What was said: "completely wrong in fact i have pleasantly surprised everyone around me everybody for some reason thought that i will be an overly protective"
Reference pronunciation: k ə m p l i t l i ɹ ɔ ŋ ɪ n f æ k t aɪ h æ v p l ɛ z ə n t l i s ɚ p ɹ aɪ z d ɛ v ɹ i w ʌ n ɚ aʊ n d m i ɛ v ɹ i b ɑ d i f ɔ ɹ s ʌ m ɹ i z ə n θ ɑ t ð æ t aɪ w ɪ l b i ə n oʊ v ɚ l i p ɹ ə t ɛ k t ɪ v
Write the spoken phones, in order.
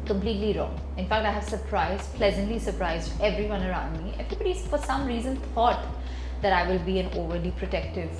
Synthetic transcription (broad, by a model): k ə m p l i t l i ɹ ɔ ŋ ɪ n f æ k t aɪ h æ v p l ɛ z ə n t l i s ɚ p ɹ aɪ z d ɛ v ɹ i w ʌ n ɚ aʊ n d m i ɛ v ɹ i b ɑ d i f ɔ ɹ s ʌ m ɹ i z ə n t ɑ t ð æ t aɪ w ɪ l b i ə n oʊ v ɚ l i p ɹ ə t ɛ k t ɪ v